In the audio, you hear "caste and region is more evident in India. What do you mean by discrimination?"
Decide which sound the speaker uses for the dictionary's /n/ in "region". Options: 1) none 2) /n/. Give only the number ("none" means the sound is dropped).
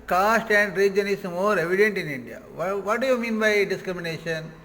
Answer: 2